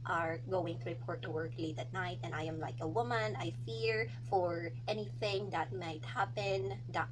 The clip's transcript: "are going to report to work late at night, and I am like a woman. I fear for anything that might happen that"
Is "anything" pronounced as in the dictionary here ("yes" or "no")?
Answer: yes